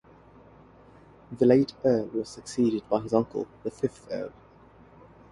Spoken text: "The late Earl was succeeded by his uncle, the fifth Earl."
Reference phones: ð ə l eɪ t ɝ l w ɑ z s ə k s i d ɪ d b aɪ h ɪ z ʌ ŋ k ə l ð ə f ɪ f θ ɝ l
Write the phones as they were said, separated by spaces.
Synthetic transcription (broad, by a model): ð ə l eɪ t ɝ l w ɑ z s ə k s i d ɪ d b aɪ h ɪ z ʌ ŋ k ə l ð ə f ɪ f θ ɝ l